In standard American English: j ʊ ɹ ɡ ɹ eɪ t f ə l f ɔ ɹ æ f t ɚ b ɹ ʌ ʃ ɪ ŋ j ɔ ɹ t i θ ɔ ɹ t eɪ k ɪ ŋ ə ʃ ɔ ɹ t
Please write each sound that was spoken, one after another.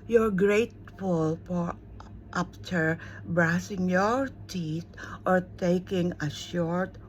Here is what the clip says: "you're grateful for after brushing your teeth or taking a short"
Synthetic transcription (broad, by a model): j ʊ ɹ ɡ ɹ eɪ t f ə l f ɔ ɹ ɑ p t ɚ b ɹ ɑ s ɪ ŋ j ɔ ɹ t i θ ɔ ɹ t eɪ k ɪ ŋ ə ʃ ɔ ɹ t